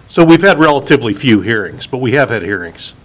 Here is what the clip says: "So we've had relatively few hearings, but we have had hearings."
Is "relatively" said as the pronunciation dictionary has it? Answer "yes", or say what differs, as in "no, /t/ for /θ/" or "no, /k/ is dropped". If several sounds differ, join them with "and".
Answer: yes